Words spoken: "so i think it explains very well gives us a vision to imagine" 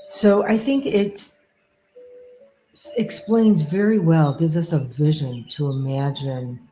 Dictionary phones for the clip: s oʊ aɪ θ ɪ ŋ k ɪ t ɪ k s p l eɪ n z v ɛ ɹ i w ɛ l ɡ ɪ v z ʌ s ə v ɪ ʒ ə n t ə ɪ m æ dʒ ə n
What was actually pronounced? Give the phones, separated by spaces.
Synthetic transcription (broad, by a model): s oʊ aɪ θ ɪ ŋ k ɪ t ɪ k s p l eɪ n z v ɛ ɹ i w ɛ l ɡ ɪ v z ʌ s ə v ɪ ʒ ə n t ə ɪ m æ dʒ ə n